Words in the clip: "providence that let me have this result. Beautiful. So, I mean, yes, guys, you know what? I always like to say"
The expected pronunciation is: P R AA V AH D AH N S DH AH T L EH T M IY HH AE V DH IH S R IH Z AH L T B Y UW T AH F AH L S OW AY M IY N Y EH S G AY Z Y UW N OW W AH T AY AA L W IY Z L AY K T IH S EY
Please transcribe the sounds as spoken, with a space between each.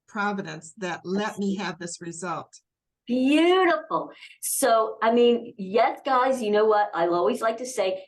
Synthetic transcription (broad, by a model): P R AA V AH D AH N S DH AH T L EH T M IY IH V DH IH S R IH Z AH L T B Y UW T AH F L S OW AY M IY N Y EH S G AY Z Y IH N OW W AH T AY AA L W IY Z L AY K T IH S EY